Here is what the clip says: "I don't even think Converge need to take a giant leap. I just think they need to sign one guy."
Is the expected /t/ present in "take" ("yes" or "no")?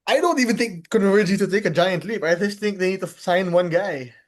yes